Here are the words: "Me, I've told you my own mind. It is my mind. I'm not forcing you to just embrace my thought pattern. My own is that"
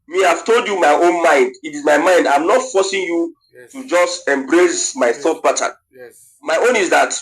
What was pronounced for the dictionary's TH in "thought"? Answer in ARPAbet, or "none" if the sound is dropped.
TH